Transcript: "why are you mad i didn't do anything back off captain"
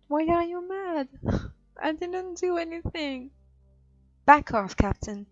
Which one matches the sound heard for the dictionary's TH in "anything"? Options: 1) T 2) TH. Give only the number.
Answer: 2